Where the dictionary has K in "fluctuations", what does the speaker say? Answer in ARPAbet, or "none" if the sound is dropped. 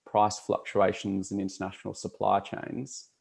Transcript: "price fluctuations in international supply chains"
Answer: K